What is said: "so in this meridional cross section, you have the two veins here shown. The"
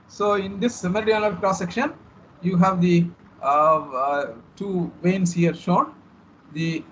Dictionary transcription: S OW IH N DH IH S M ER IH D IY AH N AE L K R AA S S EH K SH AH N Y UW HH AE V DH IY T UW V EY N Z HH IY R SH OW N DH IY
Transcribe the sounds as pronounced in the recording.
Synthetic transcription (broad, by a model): S OW IH N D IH S M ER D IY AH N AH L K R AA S S EH K SH AH N Y UW HH AE V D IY T UW V EY N S HH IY R SH OW N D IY